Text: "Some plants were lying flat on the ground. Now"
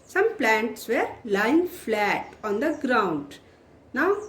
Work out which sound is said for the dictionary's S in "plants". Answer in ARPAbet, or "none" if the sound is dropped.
S